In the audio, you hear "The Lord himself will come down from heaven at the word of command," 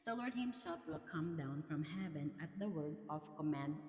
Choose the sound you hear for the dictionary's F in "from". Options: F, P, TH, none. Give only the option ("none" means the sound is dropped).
F